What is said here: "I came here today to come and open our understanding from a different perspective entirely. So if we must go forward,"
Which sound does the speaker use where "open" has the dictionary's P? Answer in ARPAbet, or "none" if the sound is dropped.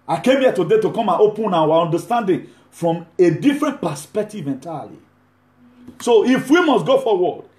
P